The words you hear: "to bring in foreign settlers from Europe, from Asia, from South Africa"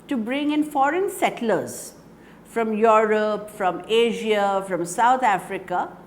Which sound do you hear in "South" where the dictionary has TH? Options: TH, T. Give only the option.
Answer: T